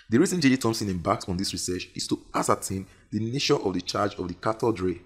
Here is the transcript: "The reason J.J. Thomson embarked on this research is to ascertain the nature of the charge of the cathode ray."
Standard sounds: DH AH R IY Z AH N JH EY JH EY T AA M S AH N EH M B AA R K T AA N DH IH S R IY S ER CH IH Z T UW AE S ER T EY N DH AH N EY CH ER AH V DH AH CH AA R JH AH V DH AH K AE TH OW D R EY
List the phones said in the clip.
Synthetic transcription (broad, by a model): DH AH R IY Z AH N JH EY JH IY T AA M S AH N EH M B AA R K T AA N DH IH S R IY S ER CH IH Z T UW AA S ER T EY N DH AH N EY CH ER AH V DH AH CH AA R JH AH V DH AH K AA T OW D R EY